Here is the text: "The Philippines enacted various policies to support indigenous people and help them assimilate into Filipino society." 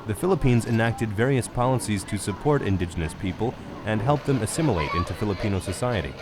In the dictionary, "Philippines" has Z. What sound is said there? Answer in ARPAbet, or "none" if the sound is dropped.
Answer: Z